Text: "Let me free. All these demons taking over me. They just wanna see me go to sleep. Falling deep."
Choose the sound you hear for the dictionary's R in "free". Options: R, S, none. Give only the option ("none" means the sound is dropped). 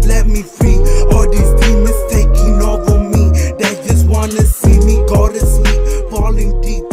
R